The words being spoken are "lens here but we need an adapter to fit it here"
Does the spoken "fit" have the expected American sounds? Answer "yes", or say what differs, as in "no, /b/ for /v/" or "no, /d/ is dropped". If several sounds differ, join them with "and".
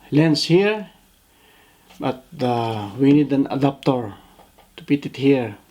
no, /p/ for /f/